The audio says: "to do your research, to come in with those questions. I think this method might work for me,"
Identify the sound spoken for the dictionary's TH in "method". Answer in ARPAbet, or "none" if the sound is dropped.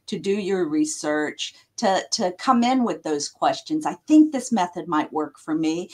TH